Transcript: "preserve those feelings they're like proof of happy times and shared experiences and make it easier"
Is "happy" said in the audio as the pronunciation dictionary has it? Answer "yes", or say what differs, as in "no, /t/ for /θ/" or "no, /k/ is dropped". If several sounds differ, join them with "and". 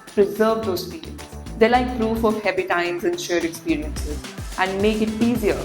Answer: no, /b/ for /p/